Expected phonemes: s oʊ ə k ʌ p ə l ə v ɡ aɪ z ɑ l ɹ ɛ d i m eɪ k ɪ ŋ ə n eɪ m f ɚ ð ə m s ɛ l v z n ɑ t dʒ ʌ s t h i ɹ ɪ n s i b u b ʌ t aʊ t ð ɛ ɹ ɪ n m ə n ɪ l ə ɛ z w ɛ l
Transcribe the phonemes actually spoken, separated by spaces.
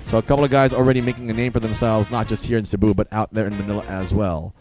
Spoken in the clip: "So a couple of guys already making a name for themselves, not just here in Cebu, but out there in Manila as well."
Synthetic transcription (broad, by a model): s oʊ ə k ʌ p l ə v ɡ aɪ z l ɹ ɛ d i m eɪ k ɪ ŋ ə n eɪ m f ɚ ð ə m s ɛ l v z n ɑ t dʒ ʌ s t h i ɹ ɪ n s i b u b ʌ t aʊ t ð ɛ ɹ ɪ n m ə n ɪ l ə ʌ z w ɛ l